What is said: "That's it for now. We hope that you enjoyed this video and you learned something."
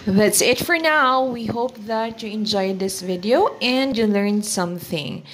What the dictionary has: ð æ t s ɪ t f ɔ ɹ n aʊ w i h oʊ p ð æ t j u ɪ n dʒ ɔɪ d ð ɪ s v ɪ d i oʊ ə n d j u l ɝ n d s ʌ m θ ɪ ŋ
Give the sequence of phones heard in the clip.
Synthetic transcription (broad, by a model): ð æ t s ɪ t f ɔ ɹ n aʊ w i h oʊ p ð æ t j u ɪ n dʒ ɔɪ d ð ɪ s v ɪ d i oʊ ə n d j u l ɝ n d s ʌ m θ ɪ ŋ